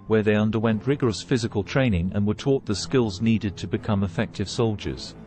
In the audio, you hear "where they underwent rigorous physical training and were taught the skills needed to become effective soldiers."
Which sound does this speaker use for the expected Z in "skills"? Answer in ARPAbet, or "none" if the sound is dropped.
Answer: Z